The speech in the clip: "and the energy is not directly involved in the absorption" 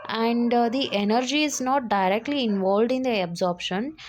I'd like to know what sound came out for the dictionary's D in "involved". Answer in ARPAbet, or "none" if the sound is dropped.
D